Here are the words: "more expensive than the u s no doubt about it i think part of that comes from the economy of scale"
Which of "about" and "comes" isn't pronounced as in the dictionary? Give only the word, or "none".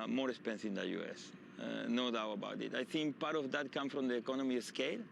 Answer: comes